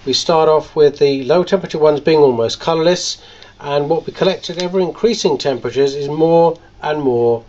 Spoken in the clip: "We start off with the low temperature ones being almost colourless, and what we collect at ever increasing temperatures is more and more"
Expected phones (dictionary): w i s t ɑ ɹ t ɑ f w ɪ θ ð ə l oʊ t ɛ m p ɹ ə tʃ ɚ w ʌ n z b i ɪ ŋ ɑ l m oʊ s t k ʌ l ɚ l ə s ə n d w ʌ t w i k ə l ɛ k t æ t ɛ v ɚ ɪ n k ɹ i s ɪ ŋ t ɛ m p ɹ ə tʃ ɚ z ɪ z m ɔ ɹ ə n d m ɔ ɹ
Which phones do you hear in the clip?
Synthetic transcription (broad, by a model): w i s t ɑ ɹ t ɑ f w ɪ ð ə l oʊ t ɛ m p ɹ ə tʃ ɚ w ʌ n z b i ɪ ŋ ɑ l m oʊ s k ʌ l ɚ l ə s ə n w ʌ t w i k ə l ɛ k t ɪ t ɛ v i ɪ n k ɹ i s ɪ ŋ t ɛ m p ɹ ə tʃ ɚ z ɪ z m ɔ ɹ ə n m ɔ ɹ